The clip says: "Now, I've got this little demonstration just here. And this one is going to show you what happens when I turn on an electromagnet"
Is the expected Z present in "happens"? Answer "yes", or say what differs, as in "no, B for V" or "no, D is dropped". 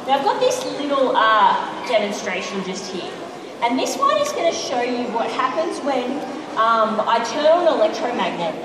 yes